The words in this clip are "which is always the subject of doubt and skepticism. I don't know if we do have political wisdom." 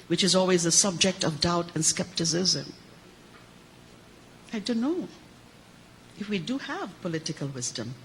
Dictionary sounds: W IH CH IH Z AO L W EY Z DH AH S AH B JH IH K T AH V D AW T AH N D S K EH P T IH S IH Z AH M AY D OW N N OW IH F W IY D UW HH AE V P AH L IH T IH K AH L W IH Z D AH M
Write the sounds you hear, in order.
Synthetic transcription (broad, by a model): W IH CH IH Z AO L W EY Z DH AH S AH B JH IH K T AH V D AW T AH N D S K EH P T IH S IH Z AH M AY D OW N N OW IH F W IY D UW HH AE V P AH L IH T IH K AH L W IH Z D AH M